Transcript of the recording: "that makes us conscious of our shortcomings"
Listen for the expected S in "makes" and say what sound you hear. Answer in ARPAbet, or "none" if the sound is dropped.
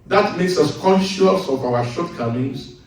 S